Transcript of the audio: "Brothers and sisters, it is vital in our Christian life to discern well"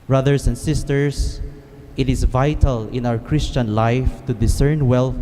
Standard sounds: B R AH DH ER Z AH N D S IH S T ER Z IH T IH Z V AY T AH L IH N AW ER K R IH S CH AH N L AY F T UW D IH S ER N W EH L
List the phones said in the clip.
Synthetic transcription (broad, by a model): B R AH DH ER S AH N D S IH S T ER S IH T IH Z V AY T AH L IH N AW ER K R IH S CH AH N L AY F T UW D IH S ER N W EH L